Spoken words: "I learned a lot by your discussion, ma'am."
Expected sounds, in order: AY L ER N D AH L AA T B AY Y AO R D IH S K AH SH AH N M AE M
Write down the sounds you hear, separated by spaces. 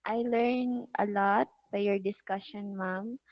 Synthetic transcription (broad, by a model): AY L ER N AH L AA T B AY Y AO R D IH S K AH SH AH N M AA M